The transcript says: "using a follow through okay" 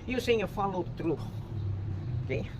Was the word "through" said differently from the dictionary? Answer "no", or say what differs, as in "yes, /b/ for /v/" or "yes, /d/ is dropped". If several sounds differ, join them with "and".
yes, /t/ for /θ/